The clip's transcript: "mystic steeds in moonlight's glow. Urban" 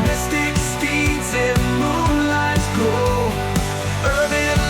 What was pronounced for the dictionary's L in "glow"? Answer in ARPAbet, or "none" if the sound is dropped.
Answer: none